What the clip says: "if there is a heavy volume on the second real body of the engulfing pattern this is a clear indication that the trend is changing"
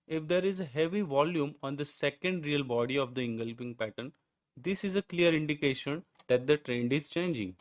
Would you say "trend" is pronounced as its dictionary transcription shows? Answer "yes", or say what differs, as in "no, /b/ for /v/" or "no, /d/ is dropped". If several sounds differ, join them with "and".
yes